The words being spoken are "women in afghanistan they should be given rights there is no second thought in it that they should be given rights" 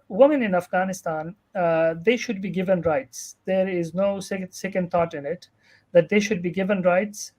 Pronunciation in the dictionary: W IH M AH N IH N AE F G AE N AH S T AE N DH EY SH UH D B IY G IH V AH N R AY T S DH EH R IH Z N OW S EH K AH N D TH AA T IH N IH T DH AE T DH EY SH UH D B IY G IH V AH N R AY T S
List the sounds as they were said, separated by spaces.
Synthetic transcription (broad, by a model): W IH M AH N IH N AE F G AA N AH S T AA N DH EY SH UH D B IY G IH V AH N R AY T S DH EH R IH Z N OW S EH K AH N D T AA T IH N IH T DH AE T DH EY SH UH D B IY G IH V AH N R AY T S